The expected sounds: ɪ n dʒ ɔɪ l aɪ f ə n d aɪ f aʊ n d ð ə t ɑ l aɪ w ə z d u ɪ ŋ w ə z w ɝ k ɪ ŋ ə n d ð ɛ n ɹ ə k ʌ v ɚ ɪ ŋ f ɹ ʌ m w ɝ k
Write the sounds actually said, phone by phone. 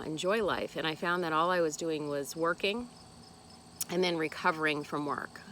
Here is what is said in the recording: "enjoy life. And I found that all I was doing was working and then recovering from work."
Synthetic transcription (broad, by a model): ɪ n dʒ ɔɪ l aɪ f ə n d aɪ f aʊ n ð ə t ɑ l aɪ w ə z d u ɪ ŋ w ə z w ɝ k ɪ ŋ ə n ð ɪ n ɹ ə k ʌ v ɚ ɪ ŋ f ɹ ʌ m w ɝ k